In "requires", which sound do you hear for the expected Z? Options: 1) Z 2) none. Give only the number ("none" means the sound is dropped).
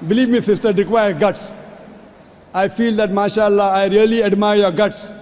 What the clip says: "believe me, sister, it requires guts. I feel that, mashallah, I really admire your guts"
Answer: 2